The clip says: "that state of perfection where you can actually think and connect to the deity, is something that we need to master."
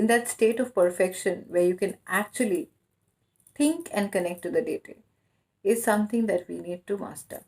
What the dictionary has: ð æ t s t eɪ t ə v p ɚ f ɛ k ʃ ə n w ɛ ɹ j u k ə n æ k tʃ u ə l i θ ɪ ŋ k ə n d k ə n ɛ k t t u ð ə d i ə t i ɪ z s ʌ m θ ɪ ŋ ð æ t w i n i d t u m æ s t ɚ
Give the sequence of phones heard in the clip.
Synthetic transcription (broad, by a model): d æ t s t eɪ t ə v p ɚ f ɛ k ʃ ə n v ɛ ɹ j u k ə n æ k tʃ u ə l i t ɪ ŋ k ə n d k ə n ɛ k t t u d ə d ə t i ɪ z s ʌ m t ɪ ŋ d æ t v i n i d t u m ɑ s t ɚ